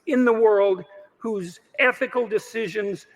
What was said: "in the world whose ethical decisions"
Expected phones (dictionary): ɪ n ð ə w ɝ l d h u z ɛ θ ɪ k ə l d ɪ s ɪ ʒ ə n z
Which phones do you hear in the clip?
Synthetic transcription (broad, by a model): ɪ n ð ə w ɝ l d h u z ɛ θ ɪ k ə l d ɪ s ɪ ʒ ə n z